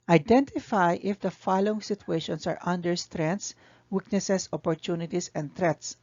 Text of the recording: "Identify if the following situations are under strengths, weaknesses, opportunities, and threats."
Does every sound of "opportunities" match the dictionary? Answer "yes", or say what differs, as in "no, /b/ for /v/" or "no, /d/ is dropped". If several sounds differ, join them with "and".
no, /s/ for /z/